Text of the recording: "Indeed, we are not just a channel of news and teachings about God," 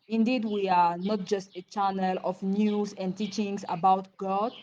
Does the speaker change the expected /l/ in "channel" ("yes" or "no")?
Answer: no